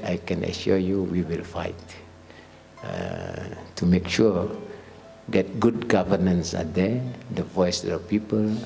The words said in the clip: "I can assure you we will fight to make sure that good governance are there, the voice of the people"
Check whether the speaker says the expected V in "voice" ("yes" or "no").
yes